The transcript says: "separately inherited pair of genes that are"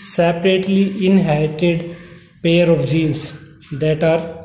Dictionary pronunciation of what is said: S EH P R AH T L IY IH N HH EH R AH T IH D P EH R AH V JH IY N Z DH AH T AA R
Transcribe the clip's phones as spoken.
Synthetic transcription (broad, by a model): S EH P R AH T L IY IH N HH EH AH T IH D P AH R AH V JH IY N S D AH T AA R